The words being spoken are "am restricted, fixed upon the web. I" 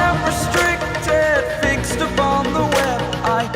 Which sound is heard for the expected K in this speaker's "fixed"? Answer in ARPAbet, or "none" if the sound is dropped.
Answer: K